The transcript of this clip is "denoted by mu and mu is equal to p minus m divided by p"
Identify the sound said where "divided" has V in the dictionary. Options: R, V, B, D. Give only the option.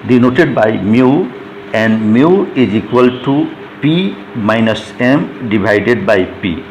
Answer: B